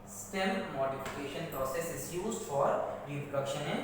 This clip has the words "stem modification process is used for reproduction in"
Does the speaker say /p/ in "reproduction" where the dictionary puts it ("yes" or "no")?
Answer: no